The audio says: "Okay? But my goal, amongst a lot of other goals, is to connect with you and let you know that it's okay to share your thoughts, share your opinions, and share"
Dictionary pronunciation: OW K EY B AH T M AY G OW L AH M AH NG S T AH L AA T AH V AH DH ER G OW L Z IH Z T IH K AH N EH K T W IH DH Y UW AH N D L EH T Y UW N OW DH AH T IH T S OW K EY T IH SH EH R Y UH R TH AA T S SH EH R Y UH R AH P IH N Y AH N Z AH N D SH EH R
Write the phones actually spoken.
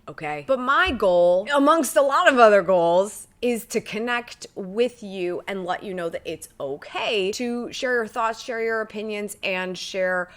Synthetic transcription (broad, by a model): OW K EY B AH T M AY G OW L AH M AH NG S T AH L AA T AH V AH DH ER G OW L Z IH Z T IH K AH N EH K T W IH DH Y UW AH N L EH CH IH N OW DH AH T IH T S OW K EY T IH SH EH R Y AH R TH AA T S SH EH R Y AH R AH P IH N Y AH N Z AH N SH EH R